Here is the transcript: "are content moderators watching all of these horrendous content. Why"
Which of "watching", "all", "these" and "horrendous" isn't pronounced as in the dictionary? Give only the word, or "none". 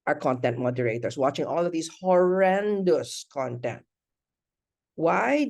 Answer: these